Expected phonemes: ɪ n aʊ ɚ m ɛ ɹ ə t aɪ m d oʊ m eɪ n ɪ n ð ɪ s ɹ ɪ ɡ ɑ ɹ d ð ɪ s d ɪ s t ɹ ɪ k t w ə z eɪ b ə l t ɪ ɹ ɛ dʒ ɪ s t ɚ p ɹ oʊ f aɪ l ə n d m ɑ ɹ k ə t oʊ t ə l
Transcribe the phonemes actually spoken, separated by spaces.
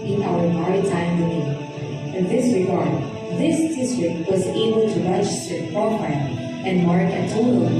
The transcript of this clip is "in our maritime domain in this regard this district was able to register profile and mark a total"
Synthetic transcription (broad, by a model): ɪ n aʊ ɚ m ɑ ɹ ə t aɪ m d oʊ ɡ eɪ ɪ n ð ɪ s ɹ ɪ ɡ ɑ ɹ d ð ɪ s d ɪ s t ɹ ɪ k t w ə z eɪ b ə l t ɪ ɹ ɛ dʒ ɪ s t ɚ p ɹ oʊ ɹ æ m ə n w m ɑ ɹ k ə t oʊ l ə